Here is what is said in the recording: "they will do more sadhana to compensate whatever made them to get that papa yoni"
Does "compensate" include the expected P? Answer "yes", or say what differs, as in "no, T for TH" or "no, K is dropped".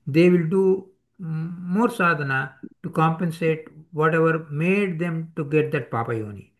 yes